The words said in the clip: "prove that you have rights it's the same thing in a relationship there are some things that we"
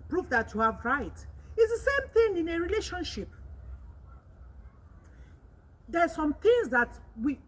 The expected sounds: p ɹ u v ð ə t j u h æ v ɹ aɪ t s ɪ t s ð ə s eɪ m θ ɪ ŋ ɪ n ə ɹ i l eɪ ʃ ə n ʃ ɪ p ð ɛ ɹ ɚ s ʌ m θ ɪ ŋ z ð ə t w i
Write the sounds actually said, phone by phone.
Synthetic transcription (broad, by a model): p ɹ u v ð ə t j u h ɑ v ɹ aɪ t ɪ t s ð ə s eɪ m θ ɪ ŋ ɪ n ə ɹ i l eɪ ʃ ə n ʃ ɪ p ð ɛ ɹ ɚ s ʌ m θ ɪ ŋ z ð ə t w i